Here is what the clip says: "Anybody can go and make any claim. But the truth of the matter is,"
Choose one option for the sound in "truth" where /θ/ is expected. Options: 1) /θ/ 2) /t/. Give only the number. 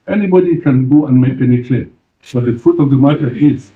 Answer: 2